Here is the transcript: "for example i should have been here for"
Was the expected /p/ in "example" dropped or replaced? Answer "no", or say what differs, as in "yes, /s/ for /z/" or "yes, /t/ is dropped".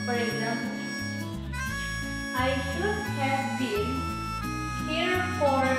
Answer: yes, /p/ is dropped